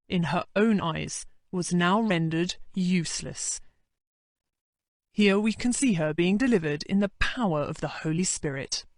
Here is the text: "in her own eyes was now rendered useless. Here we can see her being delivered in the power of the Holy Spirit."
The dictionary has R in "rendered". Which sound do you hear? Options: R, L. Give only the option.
R